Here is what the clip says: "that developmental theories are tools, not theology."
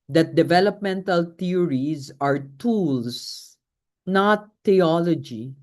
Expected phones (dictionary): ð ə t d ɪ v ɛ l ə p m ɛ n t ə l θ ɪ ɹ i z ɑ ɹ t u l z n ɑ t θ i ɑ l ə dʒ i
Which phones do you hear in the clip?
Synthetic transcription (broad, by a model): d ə t d ɪ v ɛ l ə p m ɛ n t ə l t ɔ ɹ i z ɑ ɹ t u l s n ɑ t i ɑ l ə dʒ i